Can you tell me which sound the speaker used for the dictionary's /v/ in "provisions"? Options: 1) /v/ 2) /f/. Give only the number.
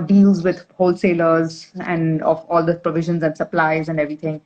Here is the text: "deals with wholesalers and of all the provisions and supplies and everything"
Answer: 1